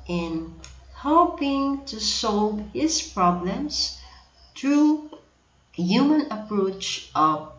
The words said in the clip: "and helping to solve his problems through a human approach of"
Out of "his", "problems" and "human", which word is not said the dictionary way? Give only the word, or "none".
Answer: none